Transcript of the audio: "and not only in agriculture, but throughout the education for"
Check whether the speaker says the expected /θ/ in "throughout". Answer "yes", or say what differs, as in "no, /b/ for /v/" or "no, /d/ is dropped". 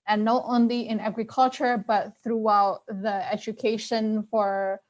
yes